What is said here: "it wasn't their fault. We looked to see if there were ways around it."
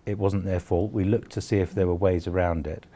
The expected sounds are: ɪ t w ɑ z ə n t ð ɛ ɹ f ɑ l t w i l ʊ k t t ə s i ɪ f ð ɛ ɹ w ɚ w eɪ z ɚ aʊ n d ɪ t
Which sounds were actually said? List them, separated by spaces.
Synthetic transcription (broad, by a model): ɪ t w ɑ z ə n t ð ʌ ɹ f ɑ l t w i l ʊ k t t ə s i ɪ f ð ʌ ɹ w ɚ w eɪ z ɚ aʊ n d ɪ t